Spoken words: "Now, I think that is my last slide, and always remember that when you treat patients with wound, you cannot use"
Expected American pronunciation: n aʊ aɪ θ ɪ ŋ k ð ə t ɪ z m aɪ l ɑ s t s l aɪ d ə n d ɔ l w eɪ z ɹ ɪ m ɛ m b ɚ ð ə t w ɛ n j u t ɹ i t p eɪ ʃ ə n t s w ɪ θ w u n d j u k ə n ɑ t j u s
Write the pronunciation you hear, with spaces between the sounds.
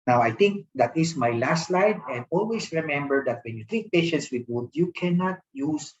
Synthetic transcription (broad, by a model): n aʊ aɪ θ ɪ ŋ k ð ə t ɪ s m aɪ l ɑ s t l aɪ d ə n d ɔ l w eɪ s ɹ ɪ m ɛ m b ɚ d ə t w ɛ n j u t ɹ i t p eɪ ʃ ə n t s w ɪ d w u d j u k ə n ɑ t j u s